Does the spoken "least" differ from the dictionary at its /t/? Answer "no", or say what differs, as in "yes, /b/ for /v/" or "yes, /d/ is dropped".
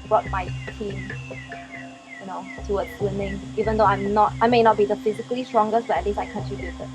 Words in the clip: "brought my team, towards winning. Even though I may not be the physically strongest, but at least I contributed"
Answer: yes, /t/ is dropped